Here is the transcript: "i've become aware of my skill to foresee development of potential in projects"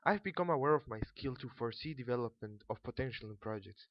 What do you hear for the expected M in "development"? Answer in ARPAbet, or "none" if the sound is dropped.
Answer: M